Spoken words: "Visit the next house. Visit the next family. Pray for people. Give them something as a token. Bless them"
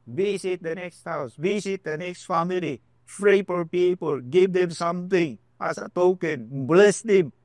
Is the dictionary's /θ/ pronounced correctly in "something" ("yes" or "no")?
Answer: no